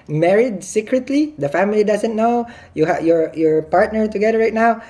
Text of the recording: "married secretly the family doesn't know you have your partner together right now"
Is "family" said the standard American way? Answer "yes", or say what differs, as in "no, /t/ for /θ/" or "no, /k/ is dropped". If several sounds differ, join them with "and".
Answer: yes